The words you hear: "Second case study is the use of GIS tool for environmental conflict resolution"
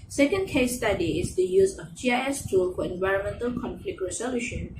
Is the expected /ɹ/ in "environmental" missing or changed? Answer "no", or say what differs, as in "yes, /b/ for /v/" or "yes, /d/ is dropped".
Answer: no